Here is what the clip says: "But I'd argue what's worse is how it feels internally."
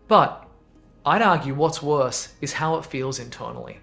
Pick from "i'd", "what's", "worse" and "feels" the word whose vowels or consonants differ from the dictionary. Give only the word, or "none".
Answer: none